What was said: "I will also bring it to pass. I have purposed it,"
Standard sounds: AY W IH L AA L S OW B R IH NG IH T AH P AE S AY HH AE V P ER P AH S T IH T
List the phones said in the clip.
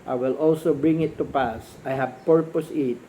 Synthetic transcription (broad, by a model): AY W IH L AA L S OW B R IH NG IH T AH P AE S AY HH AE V P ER P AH S IH T